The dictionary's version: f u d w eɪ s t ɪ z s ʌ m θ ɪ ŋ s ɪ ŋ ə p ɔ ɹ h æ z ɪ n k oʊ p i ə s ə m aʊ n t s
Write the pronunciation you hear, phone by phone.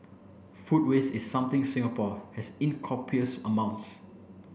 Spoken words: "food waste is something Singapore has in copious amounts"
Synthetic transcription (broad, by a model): f u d w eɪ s ɪ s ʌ m t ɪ ŋ s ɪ ŋ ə p ɔ h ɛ s ɪ n k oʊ p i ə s ə m aʊ n t s